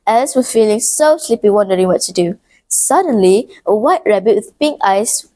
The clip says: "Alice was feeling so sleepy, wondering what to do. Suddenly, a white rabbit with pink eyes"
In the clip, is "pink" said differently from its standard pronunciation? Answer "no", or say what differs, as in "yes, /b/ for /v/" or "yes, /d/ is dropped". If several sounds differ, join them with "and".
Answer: no